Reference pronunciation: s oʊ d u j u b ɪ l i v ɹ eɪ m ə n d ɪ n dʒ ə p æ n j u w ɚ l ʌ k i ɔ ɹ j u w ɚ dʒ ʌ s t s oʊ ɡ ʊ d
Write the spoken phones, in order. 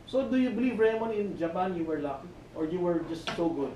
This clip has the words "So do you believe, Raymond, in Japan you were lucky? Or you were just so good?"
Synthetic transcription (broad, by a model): s oʊ d u j u b ɪ l i v ɹ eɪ m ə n ɪ n dʒ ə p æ n j u w ɚ l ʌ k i ɔ ɹ j u w ɚ dʒ ʌ s t s oʊ ɡ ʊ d